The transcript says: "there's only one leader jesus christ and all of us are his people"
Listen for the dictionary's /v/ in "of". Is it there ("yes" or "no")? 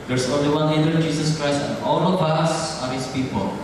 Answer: no